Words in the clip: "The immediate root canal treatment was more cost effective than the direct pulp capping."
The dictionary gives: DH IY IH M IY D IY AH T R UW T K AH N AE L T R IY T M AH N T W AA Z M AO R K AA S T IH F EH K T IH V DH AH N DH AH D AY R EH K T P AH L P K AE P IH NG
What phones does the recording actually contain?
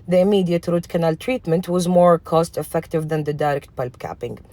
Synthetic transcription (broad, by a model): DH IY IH M IY D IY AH T R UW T K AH N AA L T R IY T M AH N T W AA Z M AO R K AA S T IH F EH K T IH V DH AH N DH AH D AY R EH K T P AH L B K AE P IH NG